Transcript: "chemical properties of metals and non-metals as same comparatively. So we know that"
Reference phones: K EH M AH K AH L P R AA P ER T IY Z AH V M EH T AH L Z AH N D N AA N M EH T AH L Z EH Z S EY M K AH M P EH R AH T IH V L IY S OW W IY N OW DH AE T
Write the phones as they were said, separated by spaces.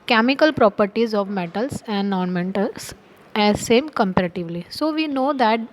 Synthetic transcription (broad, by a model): K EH M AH K AH L P R AA P ER T IY Z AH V M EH T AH L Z AH N D N AA N M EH T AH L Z EH Z S EY M K AH M P EH R AH T IH V L IY S OW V IY N OW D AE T